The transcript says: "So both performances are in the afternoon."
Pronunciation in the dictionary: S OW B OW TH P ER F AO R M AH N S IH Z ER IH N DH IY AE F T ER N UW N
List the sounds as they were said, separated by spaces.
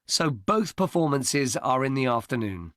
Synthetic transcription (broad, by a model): S OW B OW TH P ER F AO M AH N S IH Z ER IH N DH IY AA F T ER N UW N